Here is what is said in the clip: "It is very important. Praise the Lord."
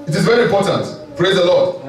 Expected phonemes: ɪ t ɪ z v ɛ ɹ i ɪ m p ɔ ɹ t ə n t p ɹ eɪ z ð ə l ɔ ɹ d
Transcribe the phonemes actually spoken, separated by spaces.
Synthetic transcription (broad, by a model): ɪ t ɪ z v ɛ ɹ i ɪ m p ɔ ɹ t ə n t p ɹ eɪ z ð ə l ɔ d